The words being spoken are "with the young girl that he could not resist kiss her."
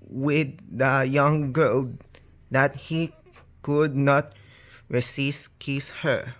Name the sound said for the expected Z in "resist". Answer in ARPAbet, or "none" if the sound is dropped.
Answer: S